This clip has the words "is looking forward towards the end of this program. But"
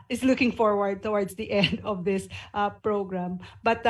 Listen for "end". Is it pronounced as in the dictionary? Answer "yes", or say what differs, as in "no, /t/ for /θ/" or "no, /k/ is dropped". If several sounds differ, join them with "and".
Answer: yes